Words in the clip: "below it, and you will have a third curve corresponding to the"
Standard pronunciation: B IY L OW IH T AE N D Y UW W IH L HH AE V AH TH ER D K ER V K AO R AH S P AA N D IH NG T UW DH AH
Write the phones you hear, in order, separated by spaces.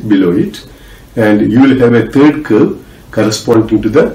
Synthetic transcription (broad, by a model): B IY L OW IH T AE N D Y UW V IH L HH AE V AH T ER D K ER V K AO R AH S P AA N D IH NG T UW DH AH